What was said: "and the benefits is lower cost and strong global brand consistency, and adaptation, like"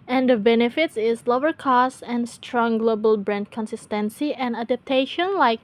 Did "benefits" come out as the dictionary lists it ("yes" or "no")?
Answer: yes